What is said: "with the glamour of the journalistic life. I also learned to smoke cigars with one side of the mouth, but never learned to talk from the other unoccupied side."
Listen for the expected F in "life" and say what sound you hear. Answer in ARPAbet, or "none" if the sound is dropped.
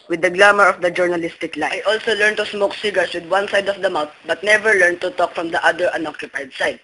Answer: none